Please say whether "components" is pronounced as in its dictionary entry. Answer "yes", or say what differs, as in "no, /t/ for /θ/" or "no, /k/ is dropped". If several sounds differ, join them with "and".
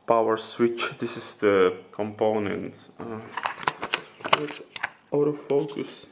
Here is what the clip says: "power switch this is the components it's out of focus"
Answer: no, /s/ is dropped